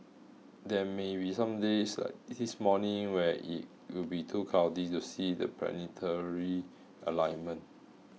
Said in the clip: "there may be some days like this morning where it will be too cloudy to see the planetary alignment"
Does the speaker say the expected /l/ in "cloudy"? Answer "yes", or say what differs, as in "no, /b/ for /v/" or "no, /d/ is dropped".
no, /l/ is dropped